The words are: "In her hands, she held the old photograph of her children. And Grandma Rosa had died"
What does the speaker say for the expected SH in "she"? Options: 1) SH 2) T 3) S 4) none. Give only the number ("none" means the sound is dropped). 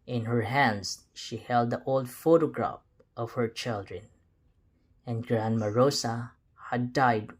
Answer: 1